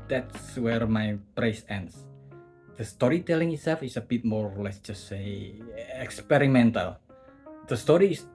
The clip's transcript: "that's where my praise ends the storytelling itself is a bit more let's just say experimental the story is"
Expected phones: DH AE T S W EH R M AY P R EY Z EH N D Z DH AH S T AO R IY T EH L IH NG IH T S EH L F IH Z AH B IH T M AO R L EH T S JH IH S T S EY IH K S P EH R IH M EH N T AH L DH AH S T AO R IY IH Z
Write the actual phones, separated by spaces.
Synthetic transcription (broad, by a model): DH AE T S W EH R M AY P R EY S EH N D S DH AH S T AO R IY T EH L IH NG IH T S EH L F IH S AH B IH T M AO R L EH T S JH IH S T S EY IH K S P EH R IH M EH N T AH L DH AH S T AO R IY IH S